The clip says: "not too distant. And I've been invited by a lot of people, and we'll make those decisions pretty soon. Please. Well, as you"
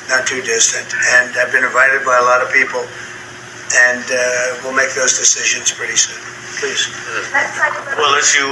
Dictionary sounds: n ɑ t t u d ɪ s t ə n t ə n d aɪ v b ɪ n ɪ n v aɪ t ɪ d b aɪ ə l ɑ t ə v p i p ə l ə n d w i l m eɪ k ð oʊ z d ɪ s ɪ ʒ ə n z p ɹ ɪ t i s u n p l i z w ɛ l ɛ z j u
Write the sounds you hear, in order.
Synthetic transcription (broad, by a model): n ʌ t t u d ɪ s t ə n t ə n aɪ v b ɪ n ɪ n v aɪ t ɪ d b aɪ ə l ɑ t ə v p i p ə l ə n w i l m eɪ k ð oʊ z d ɪ s ɪ ʒ ə n z p ɹ ɪ t i s u n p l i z w ɛ l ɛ s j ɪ